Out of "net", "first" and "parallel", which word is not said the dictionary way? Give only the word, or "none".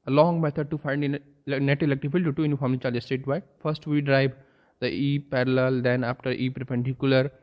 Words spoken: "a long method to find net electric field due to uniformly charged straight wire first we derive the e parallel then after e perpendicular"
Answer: none